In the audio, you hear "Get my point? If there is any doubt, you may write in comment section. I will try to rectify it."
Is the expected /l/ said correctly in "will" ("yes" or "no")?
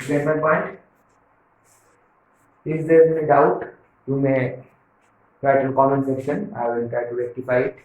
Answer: no